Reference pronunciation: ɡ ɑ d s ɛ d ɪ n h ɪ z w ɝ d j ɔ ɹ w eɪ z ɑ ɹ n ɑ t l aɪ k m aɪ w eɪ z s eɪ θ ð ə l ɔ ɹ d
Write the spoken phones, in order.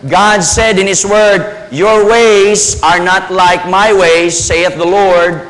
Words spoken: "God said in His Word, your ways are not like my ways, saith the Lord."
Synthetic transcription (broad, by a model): ɡ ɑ d s ɛ d ɪ n h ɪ s w ɝ d j ɔ ɹ w eɪ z ɑ ɹ n ɑ t l aɪ k m aɪ w eɪ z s eɪ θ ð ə l ɔ ɹ d